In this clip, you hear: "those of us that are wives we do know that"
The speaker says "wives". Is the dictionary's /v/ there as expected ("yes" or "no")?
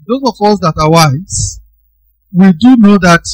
no